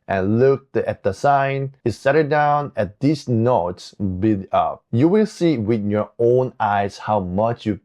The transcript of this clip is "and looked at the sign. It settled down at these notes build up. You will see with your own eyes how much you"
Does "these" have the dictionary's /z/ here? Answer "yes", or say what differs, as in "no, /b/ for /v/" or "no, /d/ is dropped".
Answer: no, /s/ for /z/